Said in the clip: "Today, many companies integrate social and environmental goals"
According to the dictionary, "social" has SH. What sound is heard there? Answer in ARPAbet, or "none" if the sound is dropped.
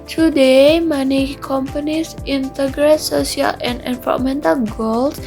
S